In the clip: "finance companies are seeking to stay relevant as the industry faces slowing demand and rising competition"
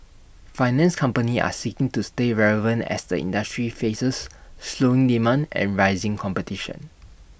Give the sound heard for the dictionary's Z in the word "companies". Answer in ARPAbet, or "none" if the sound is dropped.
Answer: none